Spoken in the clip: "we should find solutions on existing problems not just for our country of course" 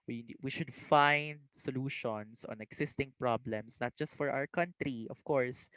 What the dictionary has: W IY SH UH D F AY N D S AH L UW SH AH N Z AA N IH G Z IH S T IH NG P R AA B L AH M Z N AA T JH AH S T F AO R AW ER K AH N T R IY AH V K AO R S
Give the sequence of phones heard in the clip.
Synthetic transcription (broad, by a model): W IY SH UH D F AY N D S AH L UW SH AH N S AA N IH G S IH S T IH NG P R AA B L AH M S N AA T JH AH S T F AO R AW ER K AH N T R IY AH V K AO R S